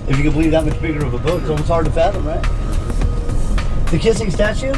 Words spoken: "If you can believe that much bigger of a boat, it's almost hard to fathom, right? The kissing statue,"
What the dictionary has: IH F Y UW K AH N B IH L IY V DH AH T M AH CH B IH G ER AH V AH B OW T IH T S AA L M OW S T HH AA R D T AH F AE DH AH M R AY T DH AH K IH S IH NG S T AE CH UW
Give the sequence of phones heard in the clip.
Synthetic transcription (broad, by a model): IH F Y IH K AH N B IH L IY V DH AH T M AH CH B IH G ER AH V AH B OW IH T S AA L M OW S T HH AA R D T AH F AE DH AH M R AY T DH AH K IH S IH NG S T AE CH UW